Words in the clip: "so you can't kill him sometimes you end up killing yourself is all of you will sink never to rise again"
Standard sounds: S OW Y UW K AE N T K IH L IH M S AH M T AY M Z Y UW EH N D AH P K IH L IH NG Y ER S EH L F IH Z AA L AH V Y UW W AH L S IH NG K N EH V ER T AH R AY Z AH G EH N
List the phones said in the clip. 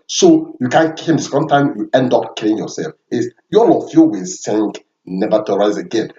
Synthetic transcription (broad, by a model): S OW Y UW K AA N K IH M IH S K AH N T AY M Y UW EH N D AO P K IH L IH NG Y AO S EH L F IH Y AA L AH F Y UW W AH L S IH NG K N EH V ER T AH R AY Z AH G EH N